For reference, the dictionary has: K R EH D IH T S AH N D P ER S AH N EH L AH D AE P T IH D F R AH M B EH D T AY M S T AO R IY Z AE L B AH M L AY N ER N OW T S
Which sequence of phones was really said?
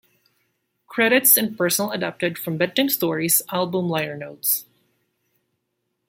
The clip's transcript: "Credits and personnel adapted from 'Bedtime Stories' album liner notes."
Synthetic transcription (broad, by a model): K R EH D IH T S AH N P ER S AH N L AH D AE P T IH D F R AH M B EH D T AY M S T AO R IY Z AE L B AH M L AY ER N OW T S